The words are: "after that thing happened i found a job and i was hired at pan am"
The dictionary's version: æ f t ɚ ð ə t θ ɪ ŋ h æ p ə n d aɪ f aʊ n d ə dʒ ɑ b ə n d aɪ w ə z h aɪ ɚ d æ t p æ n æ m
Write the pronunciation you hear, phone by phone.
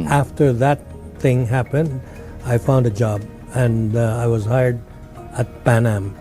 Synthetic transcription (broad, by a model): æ f t ɚ ð ə t θ ɪ ŋ h æ p ə n d aɪ f aʊ n d ə dʒ ɑ b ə n aɪ w ə z h aɪ ɚ d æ t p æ n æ m